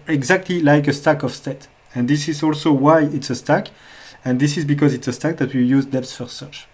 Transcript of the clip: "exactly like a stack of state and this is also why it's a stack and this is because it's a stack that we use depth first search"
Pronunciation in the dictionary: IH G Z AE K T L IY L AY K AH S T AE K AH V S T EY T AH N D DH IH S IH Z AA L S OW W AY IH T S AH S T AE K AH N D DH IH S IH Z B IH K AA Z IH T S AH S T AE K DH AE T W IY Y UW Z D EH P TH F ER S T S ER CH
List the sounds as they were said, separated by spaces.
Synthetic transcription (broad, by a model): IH G Z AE K T L IY L AY K AH S T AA K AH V S T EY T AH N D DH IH S IH Z AA L S OW W AY IH T S AH S T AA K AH N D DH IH S IH Z B IH K AA Z IH T S AH S T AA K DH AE T W IY Y UW Z D EH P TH F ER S S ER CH